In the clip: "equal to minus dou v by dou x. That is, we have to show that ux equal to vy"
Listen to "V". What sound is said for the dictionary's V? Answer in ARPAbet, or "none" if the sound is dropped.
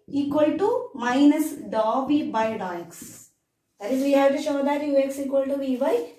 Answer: B